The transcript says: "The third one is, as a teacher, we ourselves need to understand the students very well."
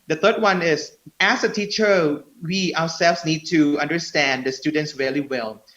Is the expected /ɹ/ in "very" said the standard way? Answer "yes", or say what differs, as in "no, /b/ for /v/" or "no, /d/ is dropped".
no, /l/ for /ɹ/